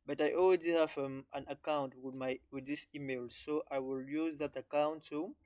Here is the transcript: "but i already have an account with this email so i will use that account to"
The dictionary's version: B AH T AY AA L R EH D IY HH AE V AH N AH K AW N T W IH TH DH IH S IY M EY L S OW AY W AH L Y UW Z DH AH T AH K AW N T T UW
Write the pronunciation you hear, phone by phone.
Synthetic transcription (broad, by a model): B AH T AY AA L W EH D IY HH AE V AH N AH K AW N T W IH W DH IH S IY M EY L S OW AY W AH L Y UW Z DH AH T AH K AW N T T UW